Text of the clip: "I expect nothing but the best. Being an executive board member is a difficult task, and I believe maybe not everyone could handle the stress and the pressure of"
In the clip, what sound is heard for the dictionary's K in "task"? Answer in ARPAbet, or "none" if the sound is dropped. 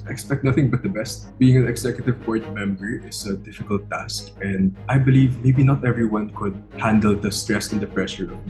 K